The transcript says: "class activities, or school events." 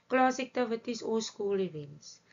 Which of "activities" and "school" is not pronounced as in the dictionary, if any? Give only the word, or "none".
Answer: activities